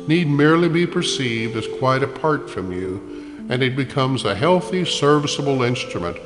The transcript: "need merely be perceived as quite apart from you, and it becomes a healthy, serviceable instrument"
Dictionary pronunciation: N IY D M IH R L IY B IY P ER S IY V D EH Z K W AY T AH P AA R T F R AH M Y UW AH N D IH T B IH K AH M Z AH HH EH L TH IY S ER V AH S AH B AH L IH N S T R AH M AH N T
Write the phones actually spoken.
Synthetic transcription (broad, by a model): N IY D M IH R L IY B IY P ER S IY V D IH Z K W AY T AH P AA R T F R AH M Y UW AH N IH T B IH K AH M Z AH HH EH L TH IY S ER V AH S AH B L IH N S T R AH M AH N T